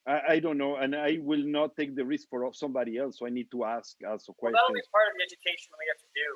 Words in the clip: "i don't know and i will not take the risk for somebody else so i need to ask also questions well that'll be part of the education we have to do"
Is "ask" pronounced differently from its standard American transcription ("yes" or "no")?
no